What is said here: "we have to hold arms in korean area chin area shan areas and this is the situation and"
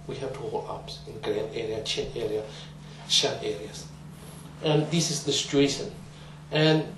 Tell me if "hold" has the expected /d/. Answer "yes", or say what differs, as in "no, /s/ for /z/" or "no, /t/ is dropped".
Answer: no, /d/ is dropped